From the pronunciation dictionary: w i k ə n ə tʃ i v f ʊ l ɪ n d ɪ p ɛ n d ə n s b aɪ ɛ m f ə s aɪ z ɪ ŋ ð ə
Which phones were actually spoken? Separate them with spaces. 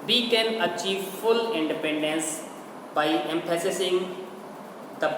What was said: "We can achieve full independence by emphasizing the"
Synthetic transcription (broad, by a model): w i k ə n ə tʃ i v f ʊ l ɪ n d ɪ p ɛ n d ə n s b aɪ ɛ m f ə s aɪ s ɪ ŋ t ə